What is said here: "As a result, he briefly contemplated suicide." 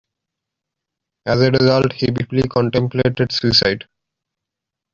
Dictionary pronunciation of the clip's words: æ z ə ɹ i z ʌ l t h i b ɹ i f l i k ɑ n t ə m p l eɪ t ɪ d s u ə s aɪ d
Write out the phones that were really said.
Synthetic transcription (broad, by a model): æ z ə ɹ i z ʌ l t h i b i p l i k ɑ n t ə m p l eɪ t ɪ d s u ə s aɪ d